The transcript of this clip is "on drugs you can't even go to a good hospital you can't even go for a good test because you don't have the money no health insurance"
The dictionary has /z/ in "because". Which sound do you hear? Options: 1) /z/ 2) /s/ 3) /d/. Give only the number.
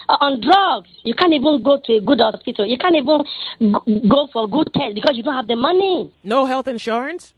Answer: 2